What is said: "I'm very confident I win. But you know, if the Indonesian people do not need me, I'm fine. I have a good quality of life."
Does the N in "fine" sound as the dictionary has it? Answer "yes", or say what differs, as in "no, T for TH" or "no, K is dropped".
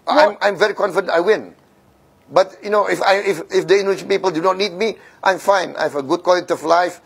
yes